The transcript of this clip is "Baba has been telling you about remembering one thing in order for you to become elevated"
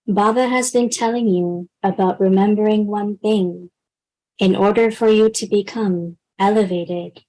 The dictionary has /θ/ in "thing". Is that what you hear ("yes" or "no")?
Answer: yes